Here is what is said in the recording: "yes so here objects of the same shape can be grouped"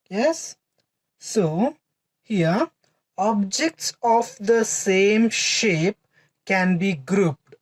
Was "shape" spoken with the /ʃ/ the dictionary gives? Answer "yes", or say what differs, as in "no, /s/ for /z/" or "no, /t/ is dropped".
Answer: yes